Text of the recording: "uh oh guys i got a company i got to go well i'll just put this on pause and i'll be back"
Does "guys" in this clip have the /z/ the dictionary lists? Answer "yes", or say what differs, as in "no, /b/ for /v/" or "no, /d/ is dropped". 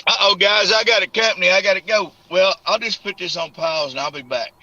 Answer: yes